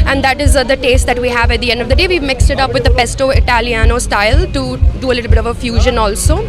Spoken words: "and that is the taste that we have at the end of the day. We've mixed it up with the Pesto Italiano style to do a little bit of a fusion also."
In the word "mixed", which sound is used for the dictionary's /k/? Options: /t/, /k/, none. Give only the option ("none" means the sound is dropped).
/k/